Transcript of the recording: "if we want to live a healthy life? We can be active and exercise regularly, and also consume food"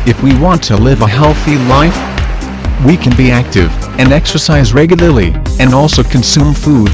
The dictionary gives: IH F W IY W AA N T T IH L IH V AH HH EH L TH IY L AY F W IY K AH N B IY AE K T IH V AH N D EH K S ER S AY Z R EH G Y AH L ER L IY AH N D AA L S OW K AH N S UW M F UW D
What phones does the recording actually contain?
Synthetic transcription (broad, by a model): IH F W IY W AA N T T IH L IH V AH HH EH L TH IY L AY F W IY K AH N B IY AE K T IH V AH N EH K S ER S AY Z R EH G Y L ER L IY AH N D AA L S OW K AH N S UW M F UW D